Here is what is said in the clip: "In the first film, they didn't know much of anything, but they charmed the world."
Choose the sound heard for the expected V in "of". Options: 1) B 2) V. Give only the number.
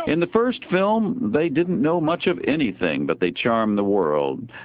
2